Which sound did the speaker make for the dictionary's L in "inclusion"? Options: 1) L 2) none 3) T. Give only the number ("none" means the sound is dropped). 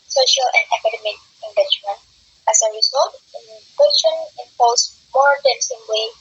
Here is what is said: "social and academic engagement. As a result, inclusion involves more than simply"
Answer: 2